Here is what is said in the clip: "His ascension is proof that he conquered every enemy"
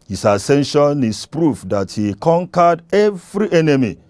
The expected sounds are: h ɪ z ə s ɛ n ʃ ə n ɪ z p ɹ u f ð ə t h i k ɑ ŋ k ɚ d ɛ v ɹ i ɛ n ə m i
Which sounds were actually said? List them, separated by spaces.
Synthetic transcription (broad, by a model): h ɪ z ə s ɛ n ʃ ə n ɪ s p ɹ u f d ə t h i k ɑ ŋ k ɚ d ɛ v ɹ i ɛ n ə m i